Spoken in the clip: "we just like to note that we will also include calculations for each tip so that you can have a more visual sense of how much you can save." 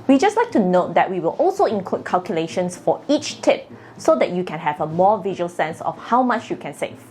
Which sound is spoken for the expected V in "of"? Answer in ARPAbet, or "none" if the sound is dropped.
F